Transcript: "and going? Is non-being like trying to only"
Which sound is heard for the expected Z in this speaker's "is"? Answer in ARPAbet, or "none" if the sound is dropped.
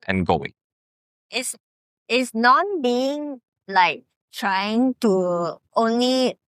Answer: S